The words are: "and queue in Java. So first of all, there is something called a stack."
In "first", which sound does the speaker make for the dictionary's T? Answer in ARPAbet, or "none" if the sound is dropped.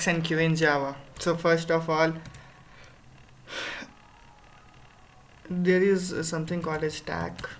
T